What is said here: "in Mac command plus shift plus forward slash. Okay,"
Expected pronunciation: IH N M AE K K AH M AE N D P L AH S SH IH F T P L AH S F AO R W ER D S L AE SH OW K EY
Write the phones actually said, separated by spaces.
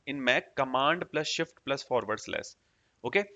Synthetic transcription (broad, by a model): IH N M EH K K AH M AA N D P L AH S SH IH F T P L AH S F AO R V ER D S L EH S OW K EY